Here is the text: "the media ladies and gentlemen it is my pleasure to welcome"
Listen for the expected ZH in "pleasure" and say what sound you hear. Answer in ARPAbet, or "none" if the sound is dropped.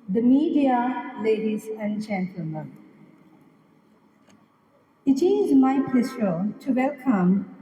S